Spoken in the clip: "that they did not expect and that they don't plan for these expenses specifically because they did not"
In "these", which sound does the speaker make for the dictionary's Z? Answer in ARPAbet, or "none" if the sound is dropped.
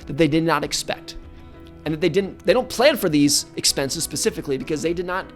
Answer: Z